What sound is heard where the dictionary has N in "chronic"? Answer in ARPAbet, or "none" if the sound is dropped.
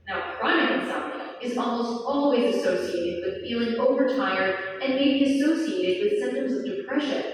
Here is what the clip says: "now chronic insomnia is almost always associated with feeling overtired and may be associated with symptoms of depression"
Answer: none